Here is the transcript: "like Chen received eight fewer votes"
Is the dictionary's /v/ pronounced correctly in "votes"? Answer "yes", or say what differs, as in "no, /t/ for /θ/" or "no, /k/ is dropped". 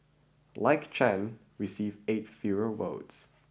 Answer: no, /w/ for /v/